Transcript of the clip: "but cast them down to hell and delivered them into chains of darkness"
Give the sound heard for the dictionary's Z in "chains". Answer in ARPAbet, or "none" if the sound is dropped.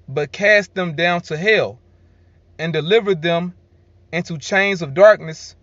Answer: Z